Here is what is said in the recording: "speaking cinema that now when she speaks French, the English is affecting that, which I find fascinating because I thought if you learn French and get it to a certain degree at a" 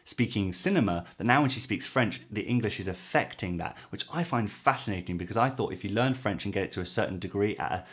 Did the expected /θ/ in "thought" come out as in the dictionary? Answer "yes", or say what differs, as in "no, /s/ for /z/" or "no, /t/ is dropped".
yes